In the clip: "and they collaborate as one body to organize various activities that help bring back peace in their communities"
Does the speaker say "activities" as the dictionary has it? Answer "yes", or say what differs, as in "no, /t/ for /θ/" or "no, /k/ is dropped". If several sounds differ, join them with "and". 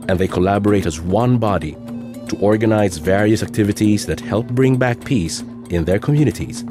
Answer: yes